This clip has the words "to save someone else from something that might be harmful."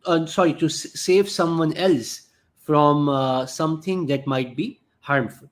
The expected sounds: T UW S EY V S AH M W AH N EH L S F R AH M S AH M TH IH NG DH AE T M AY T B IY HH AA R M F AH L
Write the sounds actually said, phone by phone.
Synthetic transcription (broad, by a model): T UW S EY V S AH M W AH N EH L S F R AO M S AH M T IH NG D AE T M AY T B IY HH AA R M F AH L